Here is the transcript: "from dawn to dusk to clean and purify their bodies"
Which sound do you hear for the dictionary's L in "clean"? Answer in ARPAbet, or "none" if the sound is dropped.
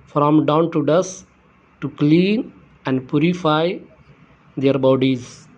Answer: L